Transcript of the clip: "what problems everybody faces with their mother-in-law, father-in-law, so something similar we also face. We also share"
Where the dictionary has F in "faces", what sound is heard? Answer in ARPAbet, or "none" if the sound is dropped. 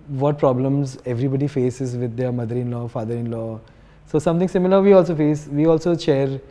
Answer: F